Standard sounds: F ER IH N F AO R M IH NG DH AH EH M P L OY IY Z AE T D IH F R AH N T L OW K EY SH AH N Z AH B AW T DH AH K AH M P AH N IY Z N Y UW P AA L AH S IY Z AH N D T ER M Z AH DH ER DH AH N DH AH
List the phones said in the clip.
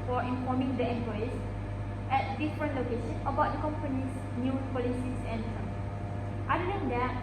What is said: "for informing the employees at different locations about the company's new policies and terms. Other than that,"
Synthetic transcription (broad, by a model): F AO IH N F AO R M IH NG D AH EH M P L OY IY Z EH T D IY F R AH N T L OW K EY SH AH N AH B AW T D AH K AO M P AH N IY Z N Y UW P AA L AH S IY S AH N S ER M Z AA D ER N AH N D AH